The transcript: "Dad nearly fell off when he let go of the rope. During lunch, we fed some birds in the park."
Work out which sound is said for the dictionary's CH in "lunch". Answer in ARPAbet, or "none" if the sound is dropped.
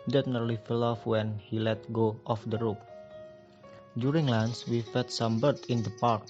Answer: S